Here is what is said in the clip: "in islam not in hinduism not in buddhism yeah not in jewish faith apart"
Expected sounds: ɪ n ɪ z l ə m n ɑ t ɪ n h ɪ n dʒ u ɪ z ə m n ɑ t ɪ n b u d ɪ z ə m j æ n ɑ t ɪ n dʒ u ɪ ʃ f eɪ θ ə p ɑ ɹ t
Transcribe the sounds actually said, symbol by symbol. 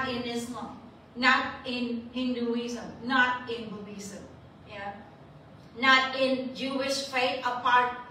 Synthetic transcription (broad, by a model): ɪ n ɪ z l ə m n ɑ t ɪ n h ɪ n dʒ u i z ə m n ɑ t ɪ n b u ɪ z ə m j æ n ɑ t ɪ n dʒ u ɪ ʃ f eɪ t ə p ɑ ɹ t